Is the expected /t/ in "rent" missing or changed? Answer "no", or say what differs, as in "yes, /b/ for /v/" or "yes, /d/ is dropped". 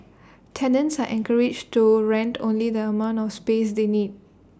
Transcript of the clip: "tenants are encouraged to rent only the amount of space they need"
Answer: no